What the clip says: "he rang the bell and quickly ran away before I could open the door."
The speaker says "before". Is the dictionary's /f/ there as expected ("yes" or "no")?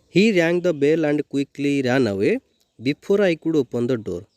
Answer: no